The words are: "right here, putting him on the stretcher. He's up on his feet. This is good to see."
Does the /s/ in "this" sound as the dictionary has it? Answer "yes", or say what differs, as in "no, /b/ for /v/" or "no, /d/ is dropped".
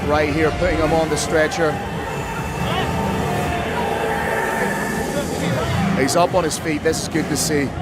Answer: yes